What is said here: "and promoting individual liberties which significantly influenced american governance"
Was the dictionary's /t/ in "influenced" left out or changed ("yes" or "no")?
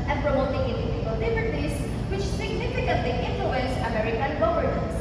yes